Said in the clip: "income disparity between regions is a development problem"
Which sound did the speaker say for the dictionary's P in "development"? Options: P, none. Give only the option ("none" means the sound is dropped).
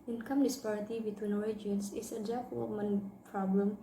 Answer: none